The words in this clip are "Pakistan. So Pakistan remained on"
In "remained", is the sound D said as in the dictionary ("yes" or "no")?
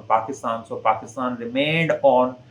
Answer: yes